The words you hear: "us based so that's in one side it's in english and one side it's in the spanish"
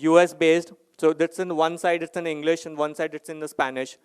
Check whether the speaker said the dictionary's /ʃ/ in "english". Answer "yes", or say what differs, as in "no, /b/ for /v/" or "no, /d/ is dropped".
yes